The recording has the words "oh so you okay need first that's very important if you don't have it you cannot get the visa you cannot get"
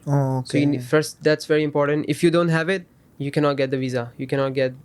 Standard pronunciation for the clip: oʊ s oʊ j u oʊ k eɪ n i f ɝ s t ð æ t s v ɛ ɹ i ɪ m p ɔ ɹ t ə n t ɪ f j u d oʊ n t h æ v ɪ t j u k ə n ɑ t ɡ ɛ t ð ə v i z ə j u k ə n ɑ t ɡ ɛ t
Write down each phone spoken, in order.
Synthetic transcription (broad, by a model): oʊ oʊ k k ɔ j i f ɝ s t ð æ t s v ɛ ɹ i ɪ m p ɔ ɹ t ə n t ɪ f j u d oʊ n t h æ v ɪ t j u k ə n ɑ t ɡ ɛ t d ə v i z ə j u k ə n ɑ t ɡ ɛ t